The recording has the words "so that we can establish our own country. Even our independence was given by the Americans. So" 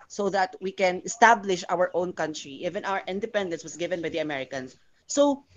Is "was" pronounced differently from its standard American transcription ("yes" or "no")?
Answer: yes